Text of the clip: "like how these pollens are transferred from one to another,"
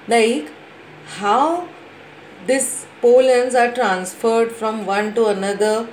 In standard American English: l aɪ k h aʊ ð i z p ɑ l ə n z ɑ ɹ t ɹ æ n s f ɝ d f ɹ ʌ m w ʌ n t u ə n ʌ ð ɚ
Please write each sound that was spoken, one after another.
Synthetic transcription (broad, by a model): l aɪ k h aʊ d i s p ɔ l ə n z ɑ ɹ t ɹ æ n s f ɝ d f ɹ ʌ m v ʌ n t u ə n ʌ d ɚ